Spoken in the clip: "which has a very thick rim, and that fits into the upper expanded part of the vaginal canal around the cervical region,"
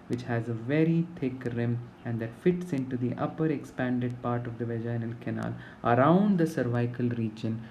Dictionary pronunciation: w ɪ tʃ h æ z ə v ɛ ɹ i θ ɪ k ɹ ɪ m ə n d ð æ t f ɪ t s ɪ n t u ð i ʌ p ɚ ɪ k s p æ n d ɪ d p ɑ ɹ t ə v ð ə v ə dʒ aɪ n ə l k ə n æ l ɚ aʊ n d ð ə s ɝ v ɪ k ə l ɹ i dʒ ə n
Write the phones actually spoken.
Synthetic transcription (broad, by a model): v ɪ tʃ h æ z ə v ɛ ɹ i t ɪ k ɹ ɪ m ə n d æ t f ɪ t s ɪ n t u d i ʌ p ɚ ɪ k s p æ n d ɪ d p ɑ ɹ t ə v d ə v ə dʒ aɪ n ə l k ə n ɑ l ɚ aʊ n d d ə s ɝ v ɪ k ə l ɹ i dʒ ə n